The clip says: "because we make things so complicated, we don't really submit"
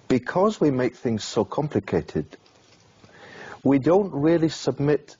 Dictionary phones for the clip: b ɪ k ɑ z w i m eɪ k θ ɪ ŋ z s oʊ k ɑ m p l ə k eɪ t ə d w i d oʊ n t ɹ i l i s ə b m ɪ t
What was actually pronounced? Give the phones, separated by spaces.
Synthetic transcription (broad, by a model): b ɪ k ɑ z w i m eɪ k θ ɪ ŋ z s oʊ k ɑ m p l ə k eɪ t ə d w i d oʊ n t ɹ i l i s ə b m ɪ t